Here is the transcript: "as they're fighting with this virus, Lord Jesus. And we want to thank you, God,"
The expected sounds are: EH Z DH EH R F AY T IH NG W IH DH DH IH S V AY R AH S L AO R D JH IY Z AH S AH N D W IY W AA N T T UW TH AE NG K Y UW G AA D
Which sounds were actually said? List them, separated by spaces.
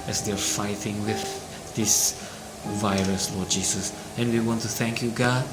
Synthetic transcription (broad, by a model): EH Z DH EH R F AY T IH NG W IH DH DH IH S V AY R AH S L AO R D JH IY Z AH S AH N W IY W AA N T T UW TH AE NG K Y UW G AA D